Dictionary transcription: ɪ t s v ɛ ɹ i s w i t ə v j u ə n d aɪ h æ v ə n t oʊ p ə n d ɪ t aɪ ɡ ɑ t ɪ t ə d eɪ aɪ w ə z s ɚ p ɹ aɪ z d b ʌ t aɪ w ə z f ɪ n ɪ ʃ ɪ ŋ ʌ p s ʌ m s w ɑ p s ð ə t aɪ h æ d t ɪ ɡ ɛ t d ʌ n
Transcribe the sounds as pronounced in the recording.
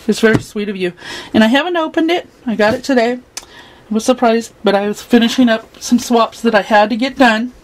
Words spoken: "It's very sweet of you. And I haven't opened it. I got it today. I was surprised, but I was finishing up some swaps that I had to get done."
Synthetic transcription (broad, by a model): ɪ t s v ɛ ɹ i s w i t ə v j u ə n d aɪ h æ v ə n t oʊ p ə n d ɪ t aɪ ɡ ɑ t ɪ t ə d eɪ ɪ w ə z s ɚ p ɹ aɪ z d b ʌ t aɪ w ə z f ɪ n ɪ ʃ ɪ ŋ ʌ p s ʌ m s w ɑ p s ð ə t aɪ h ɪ d t ɪ ɡ ɛ t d ʌ n